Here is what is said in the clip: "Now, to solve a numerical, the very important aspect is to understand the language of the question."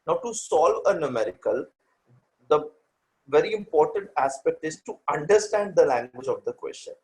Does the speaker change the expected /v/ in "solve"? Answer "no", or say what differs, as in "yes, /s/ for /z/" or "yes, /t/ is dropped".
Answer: no